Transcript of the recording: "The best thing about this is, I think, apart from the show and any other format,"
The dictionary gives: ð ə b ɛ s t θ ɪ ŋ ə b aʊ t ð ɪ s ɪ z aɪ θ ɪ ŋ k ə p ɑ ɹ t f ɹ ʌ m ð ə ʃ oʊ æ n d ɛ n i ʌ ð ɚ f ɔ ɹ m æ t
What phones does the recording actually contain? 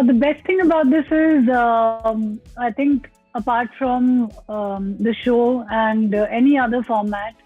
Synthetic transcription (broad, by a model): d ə b ɛ s t t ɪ ŋ ə b aʊ t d ɪ s ɪ z aɪ t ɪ ŋ k ə p ɑ ɹ t f ɹ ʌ m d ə ʃ oʊ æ n d ɛ n i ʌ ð ɚ f ɔ ɹ m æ t